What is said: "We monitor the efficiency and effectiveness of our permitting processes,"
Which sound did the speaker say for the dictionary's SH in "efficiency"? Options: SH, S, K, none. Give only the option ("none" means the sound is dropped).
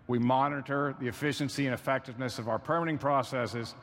SH